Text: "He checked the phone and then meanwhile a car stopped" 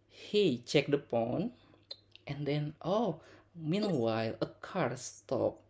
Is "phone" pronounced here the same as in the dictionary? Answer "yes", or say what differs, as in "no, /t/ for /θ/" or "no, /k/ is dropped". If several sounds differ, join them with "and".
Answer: no, /p/ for /f/